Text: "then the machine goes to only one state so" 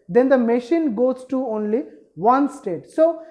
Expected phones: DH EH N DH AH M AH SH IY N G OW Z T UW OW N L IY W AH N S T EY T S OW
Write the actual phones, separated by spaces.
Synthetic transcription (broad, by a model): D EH N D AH M AH SH IY N G OW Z T UW OW N L IY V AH N S T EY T S OW